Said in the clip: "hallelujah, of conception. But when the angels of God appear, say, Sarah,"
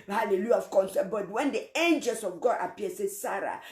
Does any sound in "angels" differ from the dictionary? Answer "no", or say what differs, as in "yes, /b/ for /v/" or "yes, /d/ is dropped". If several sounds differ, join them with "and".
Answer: yes, /s/ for /z/